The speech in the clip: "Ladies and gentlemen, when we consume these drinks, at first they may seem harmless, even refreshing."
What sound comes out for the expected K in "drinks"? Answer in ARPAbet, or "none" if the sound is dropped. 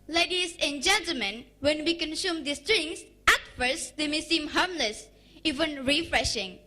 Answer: none